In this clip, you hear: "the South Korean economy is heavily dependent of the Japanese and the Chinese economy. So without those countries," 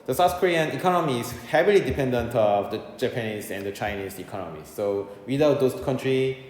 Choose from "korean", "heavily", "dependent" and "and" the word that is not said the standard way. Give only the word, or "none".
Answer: none